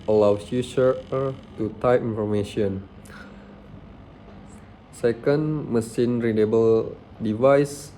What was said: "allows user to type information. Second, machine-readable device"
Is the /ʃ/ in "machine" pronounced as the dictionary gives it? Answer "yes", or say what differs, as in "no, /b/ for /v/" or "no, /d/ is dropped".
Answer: no, /s/ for /ʃ/